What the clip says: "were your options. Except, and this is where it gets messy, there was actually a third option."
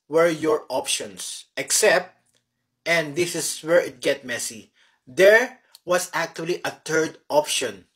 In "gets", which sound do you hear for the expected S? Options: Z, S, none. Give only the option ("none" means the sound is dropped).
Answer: none